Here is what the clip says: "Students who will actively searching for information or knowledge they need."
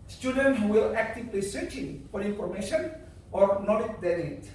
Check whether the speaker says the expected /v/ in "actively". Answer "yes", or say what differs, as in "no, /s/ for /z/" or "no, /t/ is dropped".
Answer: no, /p/ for /v/